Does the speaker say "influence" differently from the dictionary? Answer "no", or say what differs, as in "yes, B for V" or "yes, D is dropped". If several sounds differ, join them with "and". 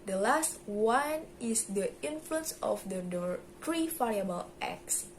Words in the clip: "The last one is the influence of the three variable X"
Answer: no